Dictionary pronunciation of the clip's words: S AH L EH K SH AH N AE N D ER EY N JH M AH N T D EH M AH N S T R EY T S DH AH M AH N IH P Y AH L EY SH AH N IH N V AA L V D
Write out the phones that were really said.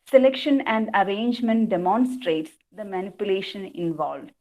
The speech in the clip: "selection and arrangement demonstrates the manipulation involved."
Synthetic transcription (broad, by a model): S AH L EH K SH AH N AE N D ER EY N JH M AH N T D EH M AH N S T R EY T S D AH M AH N IH P Y AH L EY SH AH N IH N V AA L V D